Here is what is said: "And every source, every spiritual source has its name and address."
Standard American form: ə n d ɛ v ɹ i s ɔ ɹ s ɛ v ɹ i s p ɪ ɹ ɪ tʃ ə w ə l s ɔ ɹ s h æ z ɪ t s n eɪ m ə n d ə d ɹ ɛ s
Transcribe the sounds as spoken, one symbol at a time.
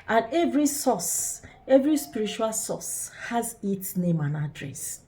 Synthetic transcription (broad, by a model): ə n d ɛ v ɹ i s ɔ s ɛ v ɹ i s p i ɹ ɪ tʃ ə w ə l s ɔ s h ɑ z ɪ t s n eɪ m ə n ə d ɹ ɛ s